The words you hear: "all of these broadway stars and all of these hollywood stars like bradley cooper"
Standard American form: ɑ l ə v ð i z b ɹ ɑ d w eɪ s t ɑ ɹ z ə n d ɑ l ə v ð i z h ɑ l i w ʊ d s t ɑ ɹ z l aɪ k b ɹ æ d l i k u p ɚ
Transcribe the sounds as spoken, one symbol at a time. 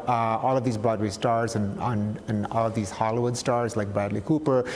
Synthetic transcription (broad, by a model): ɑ l ə v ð i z b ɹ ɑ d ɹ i s t ɑ ɹ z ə n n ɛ n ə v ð i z h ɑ l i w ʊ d s t ɑ ɹ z l aɪ k b æ d l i k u p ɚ